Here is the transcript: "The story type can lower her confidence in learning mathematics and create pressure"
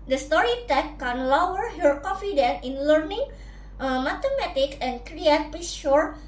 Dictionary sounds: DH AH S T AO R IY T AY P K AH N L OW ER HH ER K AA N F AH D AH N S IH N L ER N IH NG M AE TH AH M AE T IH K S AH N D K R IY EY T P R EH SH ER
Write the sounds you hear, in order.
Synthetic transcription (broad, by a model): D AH S T AO R IY T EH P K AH N L OW ER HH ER K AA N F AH D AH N IH N L ER N IH NG M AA T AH M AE T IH K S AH N K R IY EY T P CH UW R